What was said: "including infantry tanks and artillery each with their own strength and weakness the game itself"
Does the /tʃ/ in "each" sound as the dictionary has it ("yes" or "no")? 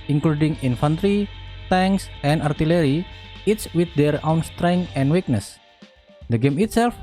no